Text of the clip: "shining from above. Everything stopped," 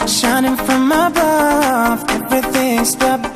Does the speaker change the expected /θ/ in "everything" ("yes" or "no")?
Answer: no